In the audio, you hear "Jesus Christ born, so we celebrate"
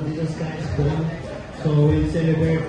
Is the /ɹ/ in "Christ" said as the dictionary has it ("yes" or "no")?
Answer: no